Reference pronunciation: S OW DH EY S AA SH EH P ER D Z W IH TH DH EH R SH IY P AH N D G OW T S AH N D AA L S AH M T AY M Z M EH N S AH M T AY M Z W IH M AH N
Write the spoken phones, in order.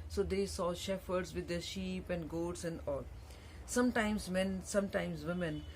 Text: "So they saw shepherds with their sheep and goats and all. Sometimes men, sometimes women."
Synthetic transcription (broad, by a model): S OW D EY S AA SH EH F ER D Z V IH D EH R SH IY P AH N D G OW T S AH N D AA L S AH M T AY M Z M EH N S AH M T AY M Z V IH M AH N